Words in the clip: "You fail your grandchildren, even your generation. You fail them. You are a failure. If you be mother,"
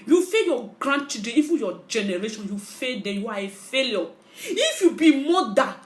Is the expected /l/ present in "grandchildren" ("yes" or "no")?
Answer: no